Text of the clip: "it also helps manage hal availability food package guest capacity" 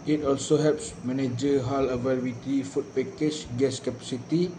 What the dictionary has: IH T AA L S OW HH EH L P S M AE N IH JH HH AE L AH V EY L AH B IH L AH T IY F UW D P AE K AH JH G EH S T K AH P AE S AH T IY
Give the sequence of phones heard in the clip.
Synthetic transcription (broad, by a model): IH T AA L S OW HH EH L P S M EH N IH JH HH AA L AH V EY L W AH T IY F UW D P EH K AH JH G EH S K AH P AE S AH T IY